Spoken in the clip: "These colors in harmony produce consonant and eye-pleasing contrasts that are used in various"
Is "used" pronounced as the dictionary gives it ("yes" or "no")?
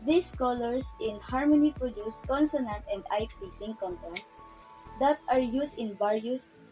no